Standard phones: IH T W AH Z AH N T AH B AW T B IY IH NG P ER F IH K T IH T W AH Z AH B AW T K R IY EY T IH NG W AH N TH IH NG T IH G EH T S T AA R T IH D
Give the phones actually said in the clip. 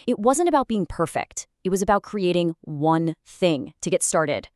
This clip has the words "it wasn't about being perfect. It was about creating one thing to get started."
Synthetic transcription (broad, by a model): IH T W AH Z AH N T AH B AW T B IY IH NG P ER F IH K T IH T W AH Z AH B AW T K R IY EY T IH NG W AH N TH IH NG T IH G EH T S T AA R T IH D